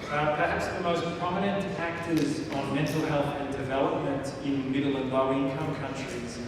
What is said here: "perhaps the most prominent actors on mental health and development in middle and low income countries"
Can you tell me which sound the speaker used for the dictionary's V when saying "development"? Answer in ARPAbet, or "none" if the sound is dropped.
V